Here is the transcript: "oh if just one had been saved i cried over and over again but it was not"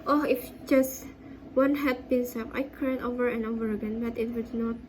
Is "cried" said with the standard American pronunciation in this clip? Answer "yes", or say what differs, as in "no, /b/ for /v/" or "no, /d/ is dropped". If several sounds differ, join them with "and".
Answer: no, /ɹ/ is dropped